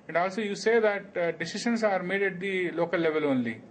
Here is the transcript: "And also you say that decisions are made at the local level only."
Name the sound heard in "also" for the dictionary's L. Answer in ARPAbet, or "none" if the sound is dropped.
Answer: L